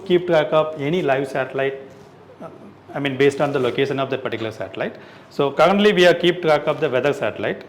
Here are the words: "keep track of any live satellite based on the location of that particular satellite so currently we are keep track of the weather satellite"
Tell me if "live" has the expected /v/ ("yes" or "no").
yes